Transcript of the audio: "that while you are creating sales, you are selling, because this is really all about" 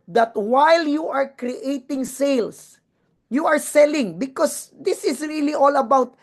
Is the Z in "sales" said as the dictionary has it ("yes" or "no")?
no